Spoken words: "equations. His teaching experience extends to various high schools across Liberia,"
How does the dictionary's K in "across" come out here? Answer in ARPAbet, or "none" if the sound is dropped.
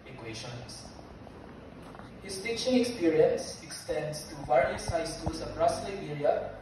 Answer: none